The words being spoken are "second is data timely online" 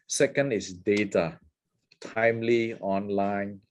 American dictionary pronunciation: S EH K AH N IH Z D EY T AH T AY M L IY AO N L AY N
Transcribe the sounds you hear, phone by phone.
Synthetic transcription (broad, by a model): S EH K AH N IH S D EY T AH T AY M L IY AO N L AY N